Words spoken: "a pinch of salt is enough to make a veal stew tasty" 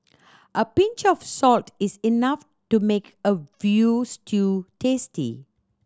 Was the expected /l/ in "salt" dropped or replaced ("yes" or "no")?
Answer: no